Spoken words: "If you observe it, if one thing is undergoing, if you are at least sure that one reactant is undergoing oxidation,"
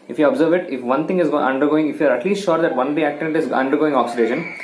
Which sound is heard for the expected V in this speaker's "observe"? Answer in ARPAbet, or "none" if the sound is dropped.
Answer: V